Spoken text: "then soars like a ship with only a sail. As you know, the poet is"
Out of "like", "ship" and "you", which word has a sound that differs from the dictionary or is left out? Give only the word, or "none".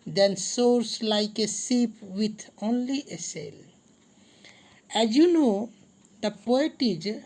ship